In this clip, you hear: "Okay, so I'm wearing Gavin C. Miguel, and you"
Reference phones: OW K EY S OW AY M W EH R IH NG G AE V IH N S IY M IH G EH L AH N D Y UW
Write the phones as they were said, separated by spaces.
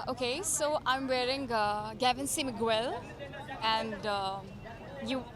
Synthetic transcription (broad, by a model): OW K EY S OW AY M W EH R IH NG G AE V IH N S IY M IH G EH L AH N D Y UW